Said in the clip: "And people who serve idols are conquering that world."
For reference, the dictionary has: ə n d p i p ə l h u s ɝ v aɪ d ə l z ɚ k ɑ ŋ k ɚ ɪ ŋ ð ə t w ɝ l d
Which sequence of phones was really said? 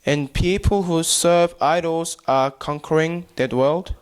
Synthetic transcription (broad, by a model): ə n p i p ə l h u s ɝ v aɪ d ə l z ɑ k ɑ ŋ k ɚ ɪ ŋ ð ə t w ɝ l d